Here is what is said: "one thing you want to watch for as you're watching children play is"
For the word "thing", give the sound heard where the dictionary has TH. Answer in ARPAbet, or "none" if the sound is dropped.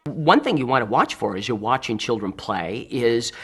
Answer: TH